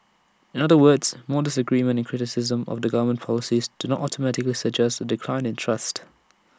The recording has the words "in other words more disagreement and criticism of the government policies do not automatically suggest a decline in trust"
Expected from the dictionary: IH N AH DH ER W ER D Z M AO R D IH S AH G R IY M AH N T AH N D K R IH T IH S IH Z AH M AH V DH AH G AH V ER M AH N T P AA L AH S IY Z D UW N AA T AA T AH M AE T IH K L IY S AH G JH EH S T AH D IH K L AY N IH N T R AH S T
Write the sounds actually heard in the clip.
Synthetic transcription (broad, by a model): IH N AH DH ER W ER D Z M AO D IH S AH G R IY M AH N T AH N K R IH T IH S IH Z AH M AH V DH AH G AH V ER M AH N P AA L AH S IY Z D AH N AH T AA T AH M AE T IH K L IY S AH G JH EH S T AH D IH K L AY N IH N T R AH S T